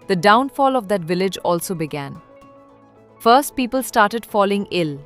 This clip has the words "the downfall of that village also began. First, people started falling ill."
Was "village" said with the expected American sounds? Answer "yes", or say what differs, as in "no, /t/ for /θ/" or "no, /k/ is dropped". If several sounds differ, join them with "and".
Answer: yes